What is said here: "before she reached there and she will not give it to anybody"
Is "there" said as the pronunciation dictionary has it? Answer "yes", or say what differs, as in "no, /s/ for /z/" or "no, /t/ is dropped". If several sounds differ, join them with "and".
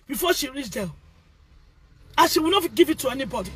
no, /l/ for /ɹ/